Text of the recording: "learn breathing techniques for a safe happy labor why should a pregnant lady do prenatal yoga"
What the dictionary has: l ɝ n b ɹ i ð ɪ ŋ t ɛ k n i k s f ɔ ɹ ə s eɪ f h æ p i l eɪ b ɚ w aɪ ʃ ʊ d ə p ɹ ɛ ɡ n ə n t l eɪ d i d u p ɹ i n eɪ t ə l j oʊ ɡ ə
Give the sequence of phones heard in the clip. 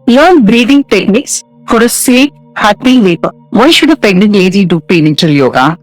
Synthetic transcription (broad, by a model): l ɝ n b ɹ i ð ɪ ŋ t ɛ k n i k s f ɔ ɹ ə s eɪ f h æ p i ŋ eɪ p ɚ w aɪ ʃ ʊ d ə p ɛ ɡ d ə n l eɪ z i d u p i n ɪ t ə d j oʊ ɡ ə